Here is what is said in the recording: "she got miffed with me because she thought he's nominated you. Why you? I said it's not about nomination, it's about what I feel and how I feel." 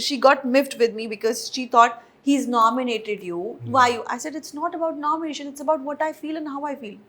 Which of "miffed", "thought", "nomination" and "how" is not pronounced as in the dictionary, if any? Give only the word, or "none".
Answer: thought